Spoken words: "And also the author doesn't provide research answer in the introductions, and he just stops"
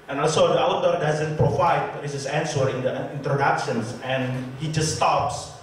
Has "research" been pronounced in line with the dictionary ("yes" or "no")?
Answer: no